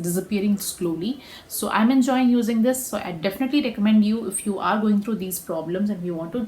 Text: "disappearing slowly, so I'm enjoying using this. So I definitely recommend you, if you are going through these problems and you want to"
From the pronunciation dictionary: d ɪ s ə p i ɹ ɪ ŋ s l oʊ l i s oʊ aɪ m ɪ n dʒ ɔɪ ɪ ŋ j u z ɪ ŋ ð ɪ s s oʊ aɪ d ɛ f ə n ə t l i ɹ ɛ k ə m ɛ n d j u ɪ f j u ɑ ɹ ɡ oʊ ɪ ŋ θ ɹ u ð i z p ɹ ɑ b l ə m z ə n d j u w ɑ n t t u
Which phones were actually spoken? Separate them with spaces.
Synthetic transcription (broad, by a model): d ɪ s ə p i ɹ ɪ ŋ s l oʊ l i s oʊ aɪ m ɪ n dʒ ɔɪ ɪ ŋ j u z ɪ ŋ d ɪ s s oʊ aɪ d ɛ f ə n ə t l i ɹ ɛ k ə m ɛ n d j u ɪ f j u ɑ ɹ ɡ oʊ ɪ ŋ t ɹ u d i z p ɹ ɑ b l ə m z ə n d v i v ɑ n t t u